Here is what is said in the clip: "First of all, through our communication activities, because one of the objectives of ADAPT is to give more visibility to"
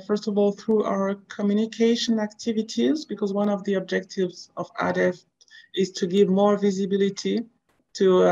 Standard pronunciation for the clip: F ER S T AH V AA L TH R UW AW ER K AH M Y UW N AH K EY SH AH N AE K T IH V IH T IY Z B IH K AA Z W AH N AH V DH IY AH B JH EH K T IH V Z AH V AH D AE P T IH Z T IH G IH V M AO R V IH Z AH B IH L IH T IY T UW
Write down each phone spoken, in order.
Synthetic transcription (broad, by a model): F ER S T AH V AA L TH R UW AW ER K AH M Y UW N AH K EY SH AH N AE K T IH V IH T IY Z B IH K AA Z W AH N AH V DH IY AH B JH EH K T IH V Z AH V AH D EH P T IH Z T IH G IH V M AO R V IH Z AH B IH L IH T IY T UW